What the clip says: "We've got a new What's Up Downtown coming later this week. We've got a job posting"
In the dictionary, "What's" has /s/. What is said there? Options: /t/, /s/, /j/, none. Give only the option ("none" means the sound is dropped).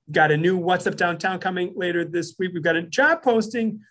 /s/